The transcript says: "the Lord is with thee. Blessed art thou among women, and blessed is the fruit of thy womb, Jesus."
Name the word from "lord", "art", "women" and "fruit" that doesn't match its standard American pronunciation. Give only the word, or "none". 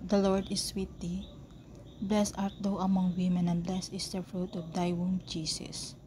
none